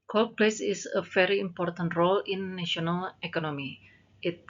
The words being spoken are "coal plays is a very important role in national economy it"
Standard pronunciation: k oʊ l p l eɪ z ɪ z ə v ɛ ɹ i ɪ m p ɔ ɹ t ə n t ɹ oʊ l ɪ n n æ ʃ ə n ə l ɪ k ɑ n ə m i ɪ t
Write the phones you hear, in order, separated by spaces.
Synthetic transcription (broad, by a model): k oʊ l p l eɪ s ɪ s ə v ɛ ɹ i ɪ m p ɔ ɹ t ə n t ɹ oʊ l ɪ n n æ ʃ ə n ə l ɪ k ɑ n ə m i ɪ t